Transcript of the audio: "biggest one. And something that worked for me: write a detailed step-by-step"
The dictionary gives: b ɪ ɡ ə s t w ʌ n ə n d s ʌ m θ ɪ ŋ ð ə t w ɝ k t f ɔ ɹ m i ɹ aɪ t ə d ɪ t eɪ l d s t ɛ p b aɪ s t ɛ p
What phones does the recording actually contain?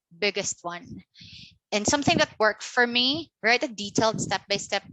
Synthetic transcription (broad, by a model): b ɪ ɡ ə s t w ʌ n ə n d s ʌ m θ ɪ ŋ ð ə t w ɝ k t f ɔ ɹ m i ɹ aɪ t ə d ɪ t eɪ l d s t ɛ p b aɪ s t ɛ p